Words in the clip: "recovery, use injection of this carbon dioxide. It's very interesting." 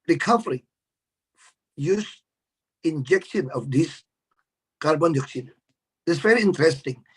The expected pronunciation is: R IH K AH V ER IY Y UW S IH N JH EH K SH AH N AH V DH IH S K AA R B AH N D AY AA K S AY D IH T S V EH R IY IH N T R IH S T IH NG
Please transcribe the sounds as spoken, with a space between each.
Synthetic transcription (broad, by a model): R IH K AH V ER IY Y UW S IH N JH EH K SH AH N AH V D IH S K AA R B AH N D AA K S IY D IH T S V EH R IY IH N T R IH S T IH NG